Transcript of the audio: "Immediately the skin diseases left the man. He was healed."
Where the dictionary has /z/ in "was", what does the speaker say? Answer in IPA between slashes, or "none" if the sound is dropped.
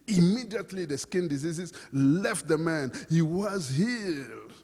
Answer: /z/